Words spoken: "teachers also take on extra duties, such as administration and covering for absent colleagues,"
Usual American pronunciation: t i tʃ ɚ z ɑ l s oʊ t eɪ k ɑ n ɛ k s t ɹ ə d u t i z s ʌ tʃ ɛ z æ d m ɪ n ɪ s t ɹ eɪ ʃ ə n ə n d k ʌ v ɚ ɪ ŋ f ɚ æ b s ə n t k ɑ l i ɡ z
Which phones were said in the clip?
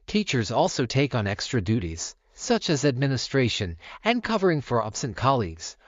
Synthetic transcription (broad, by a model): t i tʃ ɚ z ɑ l s oʊ t eɪ k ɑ n ɛ k s t ɹ ə d u t i z s ʌ tʃ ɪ z æ d m ɪ n ɪ s t ɹ eɪ ʃ ə n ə n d k ʌ v ɚ ɪ ŋ f ɚ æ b s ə n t k ɑ l i ɡ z